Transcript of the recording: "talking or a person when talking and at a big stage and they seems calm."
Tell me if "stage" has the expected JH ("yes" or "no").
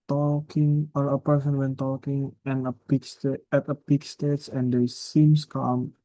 no